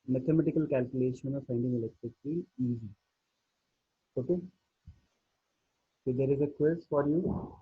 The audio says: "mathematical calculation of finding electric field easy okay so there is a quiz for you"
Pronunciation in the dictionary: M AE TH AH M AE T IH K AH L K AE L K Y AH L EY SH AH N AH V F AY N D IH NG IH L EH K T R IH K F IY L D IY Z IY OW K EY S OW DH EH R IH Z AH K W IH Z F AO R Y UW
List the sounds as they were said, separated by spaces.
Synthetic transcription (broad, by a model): M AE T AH M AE T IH K AH L K AE L K Y AH L EY SH AH N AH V F AY N D IH NG IH L EH K T R IH K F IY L IY Z IY OW K EY S OW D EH R IH Z AH K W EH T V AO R Y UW